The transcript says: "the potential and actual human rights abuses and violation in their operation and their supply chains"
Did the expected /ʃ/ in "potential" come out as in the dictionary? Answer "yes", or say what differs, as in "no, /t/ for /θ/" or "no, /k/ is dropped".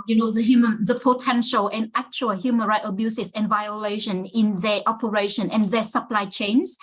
yes